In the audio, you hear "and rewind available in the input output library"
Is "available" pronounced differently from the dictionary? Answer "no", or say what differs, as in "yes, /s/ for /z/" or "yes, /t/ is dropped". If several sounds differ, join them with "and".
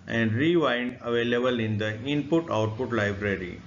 no